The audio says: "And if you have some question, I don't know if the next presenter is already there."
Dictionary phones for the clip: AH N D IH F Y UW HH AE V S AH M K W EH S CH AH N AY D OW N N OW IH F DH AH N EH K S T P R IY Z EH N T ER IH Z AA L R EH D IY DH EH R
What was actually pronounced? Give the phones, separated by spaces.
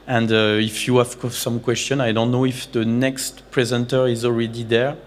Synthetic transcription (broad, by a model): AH N D IH F Y UW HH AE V S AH M K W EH S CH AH N AY D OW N N OW IH F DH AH N EH K S T P R IY Z EH N T ER IH Z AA L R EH D IY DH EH R